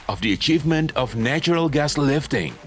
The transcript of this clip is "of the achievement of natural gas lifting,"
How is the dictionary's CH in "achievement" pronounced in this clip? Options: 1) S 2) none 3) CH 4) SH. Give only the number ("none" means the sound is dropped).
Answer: 3